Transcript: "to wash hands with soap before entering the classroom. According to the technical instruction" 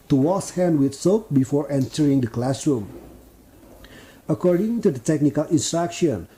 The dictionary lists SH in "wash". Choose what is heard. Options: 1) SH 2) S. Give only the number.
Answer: 2